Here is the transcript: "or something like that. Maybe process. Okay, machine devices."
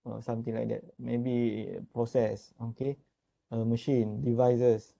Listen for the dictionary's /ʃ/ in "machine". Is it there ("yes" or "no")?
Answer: yes